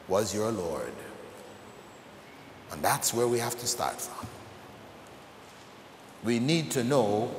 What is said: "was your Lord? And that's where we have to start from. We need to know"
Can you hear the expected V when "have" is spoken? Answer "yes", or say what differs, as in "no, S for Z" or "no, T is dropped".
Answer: no, F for V